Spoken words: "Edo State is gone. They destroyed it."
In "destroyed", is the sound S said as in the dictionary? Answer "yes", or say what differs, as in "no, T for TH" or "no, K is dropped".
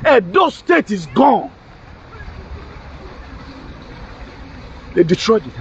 no, S is dropped